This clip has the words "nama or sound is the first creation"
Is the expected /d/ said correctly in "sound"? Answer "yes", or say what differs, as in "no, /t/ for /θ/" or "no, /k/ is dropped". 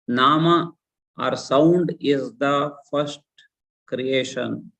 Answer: yes